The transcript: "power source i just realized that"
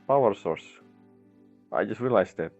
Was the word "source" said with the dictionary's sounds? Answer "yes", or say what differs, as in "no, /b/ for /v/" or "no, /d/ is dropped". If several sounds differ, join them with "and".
yes